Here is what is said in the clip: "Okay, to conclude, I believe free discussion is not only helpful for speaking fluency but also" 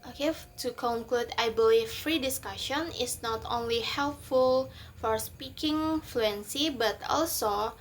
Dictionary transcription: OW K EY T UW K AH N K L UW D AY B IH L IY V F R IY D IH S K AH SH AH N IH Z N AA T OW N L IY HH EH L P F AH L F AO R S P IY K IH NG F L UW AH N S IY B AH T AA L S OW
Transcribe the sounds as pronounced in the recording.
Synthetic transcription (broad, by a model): OW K EY T UW K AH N K L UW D AY B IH L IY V F R IY D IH S K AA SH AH N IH S N AA T OW N L IY HH EH L P F AH L F AO R S P IY K IH NG F L UW AH N S IY B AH T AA L S OW